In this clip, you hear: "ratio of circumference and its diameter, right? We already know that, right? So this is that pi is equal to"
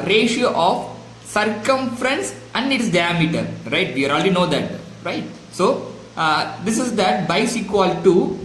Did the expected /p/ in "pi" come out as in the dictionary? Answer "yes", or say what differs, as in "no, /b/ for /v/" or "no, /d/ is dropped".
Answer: no, /b/ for /p/